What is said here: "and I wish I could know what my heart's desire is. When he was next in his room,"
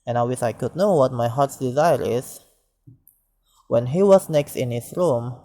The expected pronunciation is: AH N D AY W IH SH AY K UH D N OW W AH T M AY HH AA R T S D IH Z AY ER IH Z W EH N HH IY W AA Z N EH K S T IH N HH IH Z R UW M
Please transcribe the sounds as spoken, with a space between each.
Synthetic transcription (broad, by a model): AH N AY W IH S AY K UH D N OW W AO T M AY HH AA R T S D IH Z AY ER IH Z W EH N HH IY W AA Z N EH K S T IH N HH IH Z R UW M